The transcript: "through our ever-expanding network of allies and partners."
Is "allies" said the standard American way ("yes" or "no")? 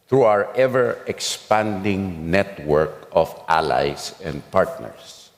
no